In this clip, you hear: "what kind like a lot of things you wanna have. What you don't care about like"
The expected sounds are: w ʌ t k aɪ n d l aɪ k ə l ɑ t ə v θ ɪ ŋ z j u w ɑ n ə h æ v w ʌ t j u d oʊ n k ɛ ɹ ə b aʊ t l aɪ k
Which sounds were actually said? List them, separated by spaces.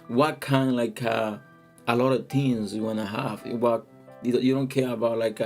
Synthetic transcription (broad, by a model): w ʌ t k aɪ n d l aɪ k ə l ɑ t ə v t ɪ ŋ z j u w ɑ n ə h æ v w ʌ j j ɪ d oʊ n k ɛ ɹ ə b aʊ t l aɪ k